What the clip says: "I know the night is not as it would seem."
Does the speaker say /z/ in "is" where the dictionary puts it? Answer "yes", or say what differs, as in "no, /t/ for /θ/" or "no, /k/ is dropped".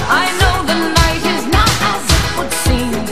yes